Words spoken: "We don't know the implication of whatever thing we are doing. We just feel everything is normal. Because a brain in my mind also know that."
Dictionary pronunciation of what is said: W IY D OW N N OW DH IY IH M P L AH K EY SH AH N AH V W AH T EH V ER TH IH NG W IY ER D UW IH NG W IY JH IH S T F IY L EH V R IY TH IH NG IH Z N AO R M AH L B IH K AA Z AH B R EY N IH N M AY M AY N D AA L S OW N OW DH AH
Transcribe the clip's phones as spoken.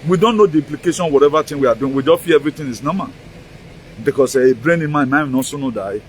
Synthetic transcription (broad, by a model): W IY D OW N N OW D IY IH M P L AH K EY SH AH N W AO T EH V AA T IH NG W IY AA D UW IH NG W IY JH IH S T F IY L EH V R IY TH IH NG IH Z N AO M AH N B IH K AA S AH B R EY N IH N M AY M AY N AA S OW N OW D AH